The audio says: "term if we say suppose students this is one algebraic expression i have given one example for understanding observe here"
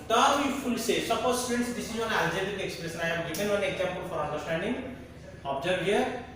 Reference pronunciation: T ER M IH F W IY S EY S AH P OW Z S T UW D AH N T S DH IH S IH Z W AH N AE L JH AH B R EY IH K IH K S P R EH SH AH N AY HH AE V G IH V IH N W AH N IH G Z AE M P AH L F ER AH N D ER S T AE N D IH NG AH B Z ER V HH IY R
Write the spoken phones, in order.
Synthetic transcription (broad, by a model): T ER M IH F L S EY S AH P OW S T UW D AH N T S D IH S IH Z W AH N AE L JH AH R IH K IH K S P R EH S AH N AY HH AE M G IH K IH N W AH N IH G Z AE M P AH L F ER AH N D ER S T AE N D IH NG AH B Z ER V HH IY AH